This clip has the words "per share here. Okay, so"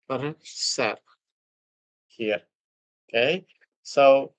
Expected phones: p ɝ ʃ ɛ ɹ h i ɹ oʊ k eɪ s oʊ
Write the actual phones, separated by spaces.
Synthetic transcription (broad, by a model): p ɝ s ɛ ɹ h i ɹ oʊ k eɪ s oʊ